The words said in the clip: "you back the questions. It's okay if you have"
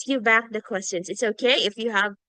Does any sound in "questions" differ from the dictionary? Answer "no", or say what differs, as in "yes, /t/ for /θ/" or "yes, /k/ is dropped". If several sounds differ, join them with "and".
no